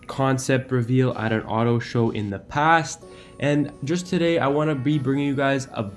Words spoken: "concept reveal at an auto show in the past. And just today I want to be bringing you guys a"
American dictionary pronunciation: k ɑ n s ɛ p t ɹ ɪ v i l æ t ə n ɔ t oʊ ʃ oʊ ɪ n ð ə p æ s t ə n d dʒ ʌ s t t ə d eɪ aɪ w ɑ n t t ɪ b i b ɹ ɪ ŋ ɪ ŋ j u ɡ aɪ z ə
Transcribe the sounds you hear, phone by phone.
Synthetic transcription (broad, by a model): k ɑ n s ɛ p t ɹ ɪ v i l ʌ t ə n ɔ t oʊ ʃ oʊ ɪ n ð ə p æ s t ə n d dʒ ʌ s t t ə d eɪ aɪ w ɑ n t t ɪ b i b ɹ ɪ ŋ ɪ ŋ j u ɡ aɪ z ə